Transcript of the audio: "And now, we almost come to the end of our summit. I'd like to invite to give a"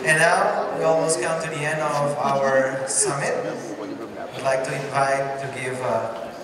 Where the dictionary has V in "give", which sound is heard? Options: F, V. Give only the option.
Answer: V